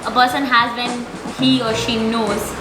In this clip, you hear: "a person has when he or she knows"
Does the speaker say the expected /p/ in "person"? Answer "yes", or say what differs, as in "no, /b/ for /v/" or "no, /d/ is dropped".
yes